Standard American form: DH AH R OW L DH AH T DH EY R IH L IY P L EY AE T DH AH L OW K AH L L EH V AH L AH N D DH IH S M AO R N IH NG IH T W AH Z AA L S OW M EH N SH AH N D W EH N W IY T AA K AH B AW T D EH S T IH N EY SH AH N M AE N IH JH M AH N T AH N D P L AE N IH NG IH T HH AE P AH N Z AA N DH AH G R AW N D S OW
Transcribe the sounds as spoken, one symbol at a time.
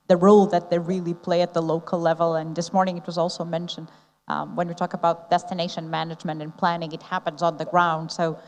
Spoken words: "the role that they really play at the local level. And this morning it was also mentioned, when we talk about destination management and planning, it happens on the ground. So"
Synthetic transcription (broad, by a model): DH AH R OW L DH AH T DH EY R IH L IY P L EY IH T DH AH L OW K L L EH V AH L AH N DH IH S M AO R N IH NG IH T W AH Z AA L S OW M EH N SH AH N D W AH N W IY T AA K AH B AW T D EH S T IH N EY SH AH N M AE N IH JH M AH N T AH N P L AE N IH NG IH T HH AE P AH N Z N DH AH G R AW N D S OW